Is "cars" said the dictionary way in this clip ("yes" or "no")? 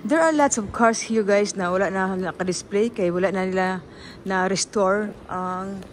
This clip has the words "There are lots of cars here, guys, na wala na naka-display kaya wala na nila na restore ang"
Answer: no